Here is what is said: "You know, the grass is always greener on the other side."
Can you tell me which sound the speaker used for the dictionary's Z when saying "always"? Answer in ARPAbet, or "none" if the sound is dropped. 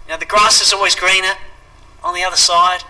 Z